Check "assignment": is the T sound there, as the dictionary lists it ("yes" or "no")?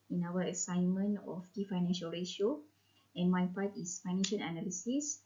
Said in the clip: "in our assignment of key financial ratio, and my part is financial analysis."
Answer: no